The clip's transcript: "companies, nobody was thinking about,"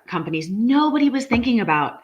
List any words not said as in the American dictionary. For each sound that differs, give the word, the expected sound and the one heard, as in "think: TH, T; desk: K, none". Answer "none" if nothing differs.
none